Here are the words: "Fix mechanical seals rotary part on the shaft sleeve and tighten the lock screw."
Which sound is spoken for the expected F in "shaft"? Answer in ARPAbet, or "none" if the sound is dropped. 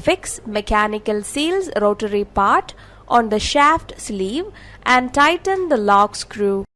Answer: F